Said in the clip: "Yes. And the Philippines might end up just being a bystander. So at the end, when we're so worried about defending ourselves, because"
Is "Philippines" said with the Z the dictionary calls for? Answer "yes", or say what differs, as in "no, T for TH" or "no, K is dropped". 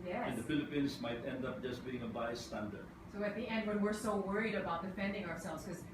no, S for Z